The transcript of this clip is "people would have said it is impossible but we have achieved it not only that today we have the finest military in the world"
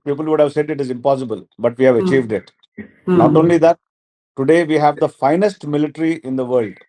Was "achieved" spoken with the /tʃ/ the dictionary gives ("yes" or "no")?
yes